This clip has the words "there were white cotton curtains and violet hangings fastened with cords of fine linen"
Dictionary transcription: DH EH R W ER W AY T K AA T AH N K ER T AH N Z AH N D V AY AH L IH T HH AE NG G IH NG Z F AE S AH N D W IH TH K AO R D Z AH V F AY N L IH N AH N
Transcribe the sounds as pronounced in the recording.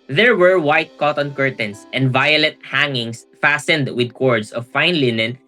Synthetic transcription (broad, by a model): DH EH R W ER W AY T K AA T AH N K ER T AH N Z AH N D V AY AH L IH T HH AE NG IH NG S F AE S AH N D W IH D K AO R D S AH V F AY N L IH N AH N